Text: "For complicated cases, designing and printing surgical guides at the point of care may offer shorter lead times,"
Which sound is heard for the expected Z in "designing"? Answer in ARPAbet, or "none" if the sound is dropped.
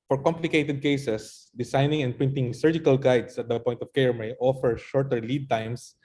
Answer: S